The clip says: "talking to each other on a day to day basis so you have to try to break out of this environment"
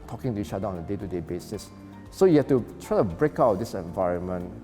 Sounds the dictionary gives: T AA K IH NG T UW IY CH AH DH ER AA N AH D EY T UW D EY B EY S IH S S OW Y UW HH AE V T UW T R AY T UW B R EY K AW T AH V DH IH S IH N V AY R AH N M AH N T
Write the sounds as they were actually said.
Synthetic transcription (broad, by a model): T AA K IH NG T UW IY CH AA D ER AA N AH D EY T UW D EY B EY S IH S S OW Y UW HH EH F T UW T R AY T UW B R EY K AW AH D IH S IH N V AY R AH N M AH N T